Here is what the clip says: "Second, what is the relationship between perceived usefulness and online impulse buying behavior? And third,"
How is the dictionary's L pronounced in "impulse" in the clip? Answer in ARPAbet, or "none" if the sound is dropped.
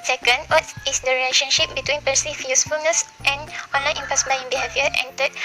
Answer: none